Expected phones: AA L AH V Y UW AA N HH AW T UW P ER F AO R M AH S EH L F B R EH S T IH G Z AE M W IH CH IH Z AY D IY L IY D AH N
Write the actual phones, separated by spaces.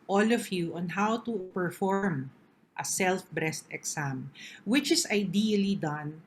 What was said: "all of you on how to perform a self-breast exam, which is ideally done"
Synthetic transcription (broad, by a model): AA L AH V Y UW AA N HH AW T UW P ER F AO R M AH S EH L F B R EH S T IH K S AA M W IH CH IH S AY D IY L IY D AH N